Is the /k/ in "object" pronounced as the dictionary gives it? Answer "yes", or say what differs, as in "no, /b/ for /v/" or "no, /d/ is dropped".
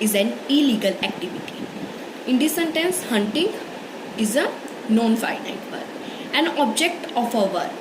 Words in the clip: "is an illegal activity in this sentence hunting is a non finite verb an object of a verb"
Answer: yes